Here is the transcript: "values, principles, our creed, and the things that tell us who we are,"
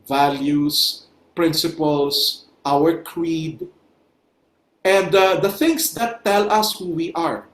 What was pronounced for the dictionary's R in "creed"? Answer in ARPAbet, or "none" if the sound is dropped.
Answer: R